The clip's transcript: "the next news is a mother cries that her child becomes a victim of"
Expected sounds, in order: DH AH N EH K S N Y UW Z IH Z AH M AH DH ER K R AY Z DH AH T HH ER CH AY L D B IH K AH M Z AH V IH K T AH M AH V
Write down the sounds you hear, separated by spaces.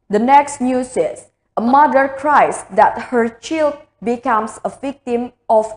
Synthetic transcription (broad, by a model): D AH N EH K S N Y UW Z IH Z AH M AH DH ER K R AY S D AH T HH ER CH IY L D B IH K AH M S AH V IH K T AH M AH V